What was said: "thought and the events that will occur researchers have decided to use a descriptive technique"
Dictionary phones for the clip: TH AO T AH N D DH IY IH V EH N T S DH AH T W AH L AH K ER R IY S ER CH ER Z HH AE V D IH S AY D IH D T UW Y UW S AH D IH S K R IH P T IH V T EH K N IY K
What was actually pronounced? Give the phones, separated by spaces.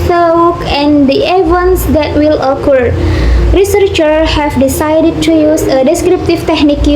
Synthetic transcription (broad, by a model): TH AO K AH N D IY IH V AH N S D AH T W AH L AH K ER R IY S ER CH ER HH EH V D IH S AY D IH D T UW Y UW S AH D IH S K R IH P T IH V T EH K N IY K